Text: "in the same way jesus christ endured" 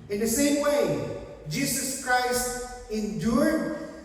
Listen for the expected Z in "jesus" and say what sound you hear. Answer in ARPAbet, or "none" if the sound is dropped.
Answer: S